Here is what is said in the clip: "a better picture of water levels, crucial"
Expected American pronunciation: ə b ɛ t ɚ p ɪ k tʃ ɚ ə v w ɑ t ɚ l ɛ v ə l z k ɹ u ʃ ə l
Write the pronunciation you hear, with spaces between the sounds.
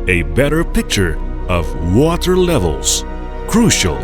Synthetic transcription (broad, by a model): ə b ɛ t ɚ p ɪ k tʃ ɚ ə v w ɑ t ɚ l ɛ v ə l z k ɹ u ʃ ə l